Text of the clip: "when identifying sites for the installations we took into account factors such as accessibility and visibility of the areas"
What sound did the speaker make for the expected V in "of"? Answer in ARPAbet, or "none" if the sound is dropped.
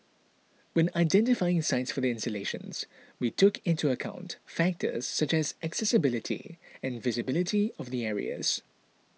V